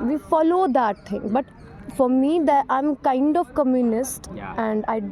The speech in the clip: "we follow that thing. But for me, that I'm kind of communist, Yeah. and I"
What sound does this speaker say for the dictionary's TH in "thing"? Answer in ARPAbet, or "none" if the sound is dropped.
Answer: T